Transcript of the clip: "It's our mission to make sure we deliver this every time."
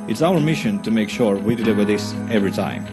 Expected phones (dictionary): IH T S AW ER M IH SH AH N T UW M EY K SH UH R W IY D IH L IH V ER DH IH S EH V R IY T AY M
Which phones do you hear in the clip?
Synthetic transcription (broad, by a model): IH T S AW ER M IH SH AH N T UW M EY K SH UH R W IY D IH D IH W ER DH IH S EH V R IY T AY M